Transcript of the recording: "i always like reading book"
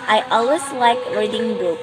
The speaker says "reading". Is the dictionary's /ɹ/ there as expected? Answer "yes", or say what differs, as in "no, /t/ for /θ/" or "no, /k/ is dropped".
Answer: no, /w/ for /ɹ/